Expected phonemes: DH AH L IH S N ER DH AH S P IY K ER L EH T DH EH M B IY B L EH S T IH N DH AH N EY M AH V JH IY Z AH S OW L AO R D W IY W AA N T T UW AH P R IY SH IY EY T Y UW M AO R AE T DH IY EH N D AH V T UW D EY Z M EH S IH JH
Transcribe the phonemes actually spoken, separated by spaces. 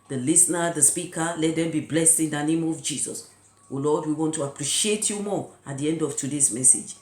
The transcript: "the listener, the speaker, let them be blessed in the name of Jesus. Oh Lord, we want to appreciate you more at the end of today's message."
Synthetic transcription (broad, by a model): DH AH L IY S N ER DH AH S P IY K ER L EH T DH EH M B IY B L EH S T IH N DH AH N EY M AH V JH IY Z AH S OW L AO D W IY W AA N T T UW AH P R IY SH IY EY T Y UW M AO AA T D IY EH N D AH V T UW D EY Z M EH S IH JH